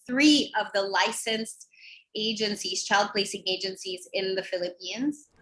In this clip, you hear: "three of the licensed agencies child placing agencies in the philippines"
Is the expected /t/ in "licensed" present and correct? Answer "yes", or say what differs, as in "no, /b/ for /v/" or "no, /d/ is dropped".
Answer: yes